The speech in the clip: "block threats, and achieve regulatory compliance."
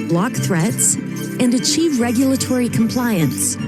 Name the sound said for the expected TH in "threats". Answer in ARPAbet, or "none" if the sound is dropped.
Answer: TH